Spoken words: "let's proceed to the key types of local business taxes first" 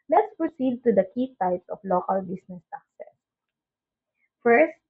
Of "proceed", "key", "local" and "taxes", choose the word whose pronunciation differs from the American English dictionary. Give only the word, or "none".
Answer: taxes